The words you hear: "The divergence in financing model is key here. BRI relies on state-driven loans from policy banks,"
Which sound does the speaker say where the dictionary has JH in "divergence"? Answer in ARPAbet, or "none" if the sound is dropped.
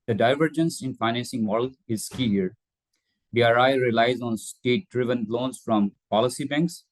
JH